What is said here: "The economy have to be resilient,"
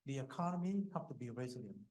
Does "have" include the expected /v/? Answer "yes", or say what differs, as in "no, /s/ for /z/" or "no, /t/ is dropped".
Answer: no, /p/ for /v/